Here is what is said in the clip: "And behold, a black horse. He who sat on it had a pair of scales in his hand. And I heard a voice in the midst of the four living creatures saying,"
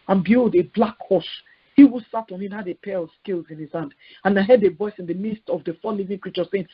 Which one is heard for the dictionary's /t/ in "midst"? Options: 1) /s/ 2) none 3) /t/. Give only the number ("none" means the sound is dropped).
3